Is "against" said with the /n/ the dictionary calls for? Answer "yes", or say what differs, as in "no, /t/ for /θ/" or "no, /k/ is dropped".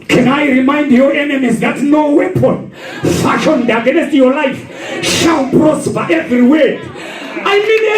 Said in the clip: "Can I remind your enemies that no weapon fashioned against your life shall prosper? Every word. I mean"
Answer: no, /n/ is dropped